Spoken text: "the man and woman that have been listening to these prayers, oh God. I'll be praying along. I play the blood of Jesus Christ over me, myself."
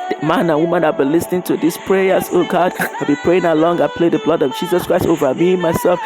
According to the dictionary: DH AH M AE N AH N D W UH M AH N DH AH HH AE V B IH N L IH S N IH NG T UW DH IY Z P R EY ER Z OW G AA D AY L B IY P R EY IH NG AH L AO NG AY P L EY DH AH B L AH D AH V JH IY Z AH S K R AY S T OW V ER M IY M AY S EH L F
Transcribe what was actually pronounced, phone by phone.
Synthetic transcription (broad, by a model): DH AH M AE N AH N W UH M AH N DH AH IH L B IH N L IH S N IH NG T UW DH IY S P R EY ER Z OW G AA D AY L B IY P R EY IH NG AH L AO NG AY P L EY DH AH B L AH D AH V JH IY Z AH S K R AY S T OW V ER M IY M AY S EH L F